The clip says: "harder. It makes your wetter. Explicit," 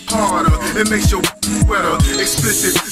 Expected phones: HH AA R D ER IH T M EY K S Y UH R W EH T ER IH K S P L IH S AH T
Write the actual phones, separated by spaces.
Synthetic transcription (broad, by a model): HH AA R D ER IH T M EY K S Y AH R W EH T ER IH K S P L IH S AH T